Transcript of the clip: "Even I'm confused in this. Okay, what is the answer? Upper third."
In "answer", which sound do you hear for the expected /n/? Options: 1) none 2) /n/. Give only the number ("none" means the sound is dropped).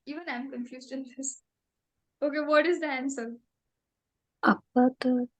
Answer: 2